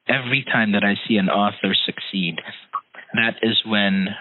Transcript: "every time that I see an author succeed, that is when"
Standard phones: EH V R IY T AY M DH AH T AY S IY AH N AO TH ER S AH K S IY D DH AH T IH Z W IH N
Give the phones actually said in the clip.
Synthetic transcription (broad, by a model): EH V R IY T AY M DH AH T AY S IY AH N AO TH ER S AH K S IY D DH AH T IH Z W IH N